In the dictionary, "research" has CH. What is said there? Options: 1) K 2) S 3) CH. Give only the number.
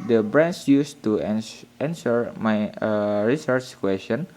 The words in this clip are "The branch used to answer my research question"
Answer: 3